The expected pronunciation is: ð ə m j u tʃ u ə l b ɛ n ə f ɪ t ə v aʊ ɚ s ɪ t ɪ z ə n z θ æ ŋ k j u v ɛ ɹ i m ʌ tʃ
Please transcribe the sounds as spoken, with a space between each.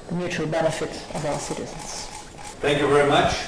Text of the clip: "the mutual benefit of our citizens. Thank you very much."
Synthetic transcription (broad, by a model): ð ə m j u tʃ u ə l b ɛ n ə f ɪ t ə v aʊ ɚ s ɪ t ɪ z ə n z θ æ ŋ k j u v ɛ ɹ i m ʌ tʃ